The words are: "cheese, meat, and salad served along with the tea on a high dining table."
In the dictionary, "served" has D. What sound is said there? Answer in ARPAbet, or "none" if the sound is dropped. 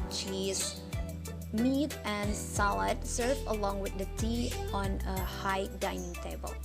none